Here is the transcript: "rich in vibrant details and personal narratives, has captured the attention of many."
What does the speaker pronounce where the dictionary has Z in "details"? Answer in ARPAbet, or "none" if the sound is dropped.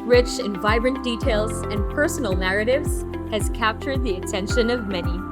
Z